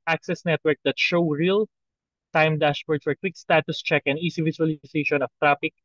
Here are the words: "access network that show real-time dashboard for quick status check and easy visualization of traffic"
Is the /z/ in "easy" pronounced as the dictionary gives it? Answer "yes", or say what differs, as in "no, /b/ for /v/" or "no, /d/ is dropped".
no, /s/ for /z/